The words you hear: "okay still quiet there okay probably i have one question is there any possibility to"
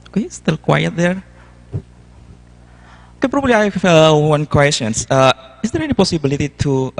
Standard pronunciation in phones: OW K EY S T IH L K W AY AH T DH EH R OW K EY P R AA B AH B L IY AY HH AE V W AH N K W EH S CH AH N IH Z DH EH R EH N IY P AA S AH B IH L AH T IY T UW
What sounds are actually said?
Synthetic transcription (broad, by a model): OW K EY S T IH L K W AY AH T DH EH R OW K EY P R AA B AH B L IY AY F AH W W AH N K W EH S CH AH N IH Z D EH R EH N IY P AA S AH B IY L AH T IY T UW